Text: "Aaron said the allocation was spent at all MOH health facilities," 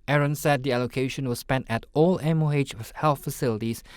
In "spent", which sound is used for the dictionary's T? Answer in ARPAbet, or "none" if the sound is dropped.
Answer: T